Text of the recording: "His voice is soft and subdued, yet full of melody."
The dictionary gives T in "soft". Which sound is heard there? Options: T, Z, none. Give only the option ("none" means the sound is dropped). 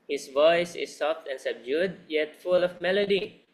T